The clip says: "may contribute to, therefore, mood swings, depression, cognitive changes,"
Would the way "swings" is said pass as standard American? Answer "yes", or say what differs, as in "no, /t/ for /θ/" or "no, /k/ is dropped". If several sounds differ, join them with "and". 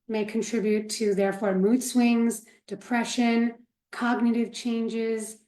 yes